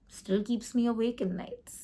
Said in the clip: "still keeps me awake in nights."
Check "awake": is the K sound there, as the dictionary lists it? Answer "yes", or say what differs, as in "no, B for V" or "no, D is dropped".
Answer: yes